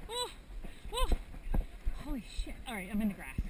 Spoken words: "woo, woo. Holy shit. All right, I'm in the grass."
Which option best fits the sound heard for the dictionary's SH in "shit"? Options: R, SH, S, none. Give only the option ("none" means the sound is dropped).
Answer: SH